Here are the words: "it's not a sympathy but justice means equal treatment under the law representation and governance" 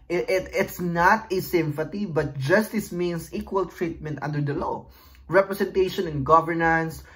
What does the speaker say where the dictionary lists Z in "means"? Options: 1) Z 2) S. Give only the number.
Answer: 2